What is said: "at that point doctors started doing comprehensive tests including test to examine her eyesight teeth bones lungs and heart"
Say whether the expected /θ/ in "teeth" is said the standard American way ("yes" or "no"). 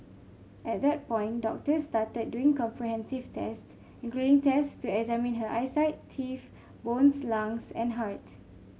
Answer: no